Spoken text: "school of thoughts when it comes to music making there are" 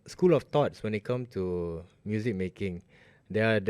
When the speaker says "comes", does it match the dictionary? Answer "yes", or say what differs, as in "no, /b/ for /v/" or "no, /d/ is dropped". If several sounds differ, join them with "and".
no, /z/ is dropped